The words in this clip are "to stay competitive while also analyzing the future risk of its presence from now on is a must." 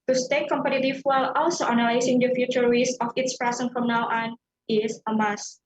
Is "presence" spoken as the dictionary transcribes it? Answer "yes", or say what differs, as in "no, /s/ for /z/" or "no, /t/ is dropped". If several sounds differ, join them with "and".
no, /s/ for /z/ and /s/ is dropped